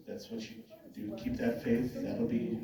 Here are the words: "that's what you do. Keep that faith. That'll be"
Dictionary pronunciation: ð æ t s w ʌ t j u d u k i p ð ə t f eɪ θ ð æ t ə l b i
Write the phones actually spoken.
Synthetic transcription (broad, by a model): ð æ t s w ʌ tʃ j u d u k i p ð ə t f eɪ θ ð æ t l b i